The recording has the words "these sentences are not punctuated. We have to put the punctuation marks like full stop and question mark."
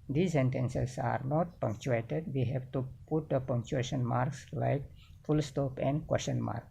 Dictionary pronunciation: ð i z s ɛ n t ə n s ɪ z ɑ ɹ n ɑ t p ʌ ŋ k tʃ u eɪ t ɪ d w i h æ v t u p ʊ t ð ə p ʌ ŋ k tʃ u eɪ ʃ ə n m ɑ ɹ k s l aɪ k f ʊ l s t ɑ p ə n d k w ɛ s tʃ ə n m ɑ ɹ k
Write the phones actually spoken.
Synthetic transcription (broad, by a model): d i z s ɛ n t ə n s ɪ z ɑ ɹ n ɑ t p ʌ ŋ k tʃ u eɪ t ɪ d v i h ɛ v t u p ʊ t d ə p ʌ ŋ k tʃ u eɪ ʃ ə n m ɑ ɹ k s l aɪ k f ʊ l s t ɑ p ə n d k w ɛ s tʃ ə n m ɑ ɹ k